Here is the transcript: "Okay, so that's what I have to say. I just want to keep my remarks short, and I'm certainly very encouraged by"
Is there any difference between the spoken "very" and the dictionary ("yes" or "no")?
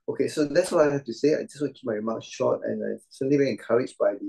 yes